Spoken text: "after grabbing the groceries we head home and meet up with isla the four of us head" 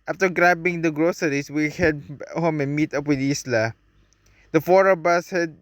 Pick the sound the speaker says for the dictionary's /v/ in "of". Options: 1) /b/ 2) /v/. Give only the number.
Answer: 1